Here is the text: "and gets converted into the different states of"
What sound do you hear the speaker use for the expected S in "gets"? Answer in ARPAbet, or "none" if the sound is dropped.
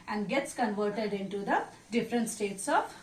S